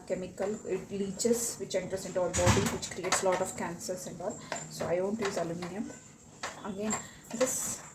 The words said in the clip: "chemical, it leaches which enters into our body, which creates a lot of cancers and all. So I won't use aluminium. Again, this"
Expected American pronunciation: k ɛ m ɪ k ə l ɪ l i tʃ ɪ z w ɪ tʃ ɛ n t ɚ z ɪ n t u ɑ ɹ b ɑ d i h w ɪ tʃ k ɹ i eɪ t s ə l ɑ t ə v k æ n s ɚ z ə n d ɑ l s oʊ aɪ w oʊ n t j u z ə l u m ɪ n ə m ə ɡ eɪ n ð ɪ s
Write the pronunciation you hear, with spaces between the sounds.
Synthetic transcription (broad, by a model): k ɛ m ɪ k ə l ɪ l i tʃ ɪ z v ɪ tʃ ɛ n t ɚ s ɪ n t u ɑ l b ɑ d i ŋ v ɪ tʃ k ɹ i eɪ t s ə l ɑ t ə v k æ n s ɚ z ə n d ɑ l s oʊ aɪ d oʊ n t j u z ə l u m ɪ n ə m ə ɡ eɪ n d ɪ s